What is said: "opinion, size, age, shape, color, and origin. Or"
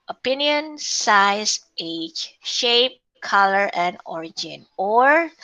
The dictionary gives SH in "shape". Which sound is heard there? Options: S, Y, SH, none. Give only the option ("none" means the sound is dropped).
SH